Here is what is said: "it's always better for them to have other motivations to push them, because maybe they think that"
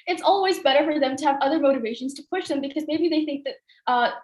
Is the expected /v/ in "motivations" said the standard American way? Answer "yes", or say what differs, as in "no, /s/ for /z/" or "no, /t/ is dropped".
yes